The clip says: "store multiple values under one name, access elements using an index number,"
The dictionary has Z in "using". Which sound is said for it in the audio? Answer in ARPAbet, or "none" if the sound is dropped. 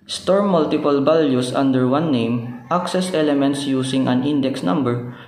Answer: S